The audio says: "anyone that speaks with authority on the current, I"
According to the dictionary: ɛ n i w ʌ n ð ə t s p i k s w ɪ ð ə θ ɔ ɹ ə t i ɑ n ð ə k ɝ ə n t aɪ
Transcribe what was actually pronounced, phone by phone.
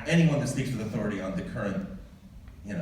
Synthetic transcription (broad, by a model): ɛ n i w ʌ n ð ə t s p i k s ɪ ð ə θ ɔ ɹ ə t i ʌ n ð ə k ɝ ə n t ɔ